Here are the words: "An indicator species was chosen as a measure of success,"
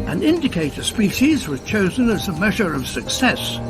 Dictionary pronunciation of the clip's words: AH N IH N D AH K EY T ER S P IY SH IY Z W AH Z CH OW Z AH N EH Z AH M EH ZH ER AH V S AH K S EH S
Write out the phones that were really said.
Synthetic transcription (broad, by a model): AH N IH N D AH K EY T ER S P IY SH IY Z W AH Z CH OW Z AH N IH Z AH M EH ZH ER AH V S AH K S EH S